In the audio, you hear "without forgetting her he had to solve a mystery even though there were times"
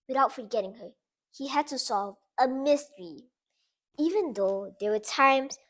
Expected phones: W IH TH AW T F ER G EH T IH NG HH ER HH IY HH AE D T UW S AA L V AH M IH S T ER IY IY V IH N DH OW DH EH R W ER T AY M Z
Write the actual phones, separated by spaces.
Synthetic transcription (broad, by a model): W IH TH AW T F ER G EH T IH NG HH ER HH IY HH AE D T UW S AA L V AH M IH S T ER IY IY V IH N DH OW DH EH W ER T AY M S